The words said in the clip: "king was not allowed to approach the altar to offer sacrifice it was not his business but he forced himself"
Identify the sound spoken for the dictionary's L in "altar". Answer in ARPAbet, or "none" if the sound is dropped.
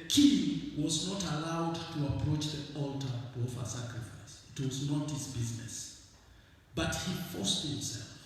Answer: L